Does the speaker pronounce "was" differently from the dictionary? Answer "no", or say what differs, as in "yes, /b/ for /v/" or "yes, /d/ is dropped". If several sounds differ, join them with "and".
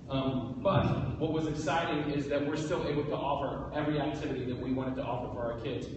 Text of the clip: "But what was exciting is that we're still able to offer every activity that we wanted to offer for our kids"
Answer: no